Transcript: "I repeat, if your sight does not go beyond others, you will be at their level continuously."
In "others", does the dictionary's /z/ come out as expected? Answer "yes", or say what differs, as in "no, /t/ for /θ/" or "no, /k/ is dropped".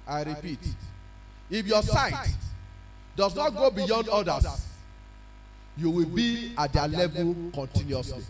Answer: no, /s/ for /z/